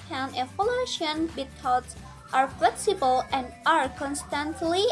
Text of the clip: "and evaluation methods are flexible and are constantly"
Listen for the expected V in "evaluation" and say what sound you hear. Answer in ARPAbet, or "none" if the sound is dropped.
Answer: F